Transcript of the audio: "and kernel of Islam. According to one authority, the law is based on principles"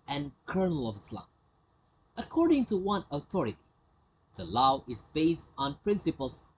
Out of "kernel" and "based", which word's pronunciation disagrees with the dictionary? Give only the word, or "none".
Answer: none